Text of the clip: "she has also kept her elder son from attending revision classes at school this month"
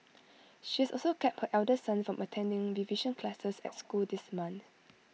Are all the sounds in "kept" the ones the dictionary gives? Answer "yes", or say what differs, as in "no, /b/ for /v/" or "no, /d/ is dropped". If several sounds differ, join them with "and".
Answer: yes